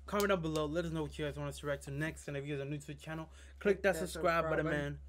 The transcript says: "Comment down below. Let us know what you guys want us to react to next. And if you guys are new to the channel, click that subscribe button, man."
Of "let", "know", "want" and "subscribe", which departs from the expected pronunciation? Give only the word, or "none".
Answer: want